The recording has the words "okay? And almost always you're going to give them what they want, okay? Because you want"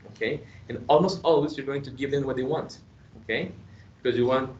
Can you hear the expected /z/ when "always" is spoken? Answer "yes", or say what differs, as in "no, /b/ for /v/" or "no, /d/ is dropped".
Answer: no, /s/ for /z/